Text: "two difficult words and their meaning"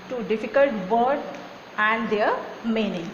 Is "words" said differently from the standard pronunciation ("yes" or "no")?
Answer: yes